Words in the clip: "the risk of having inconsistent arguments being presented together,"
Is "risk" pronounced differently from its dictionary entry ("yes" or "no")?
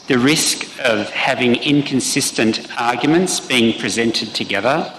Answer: no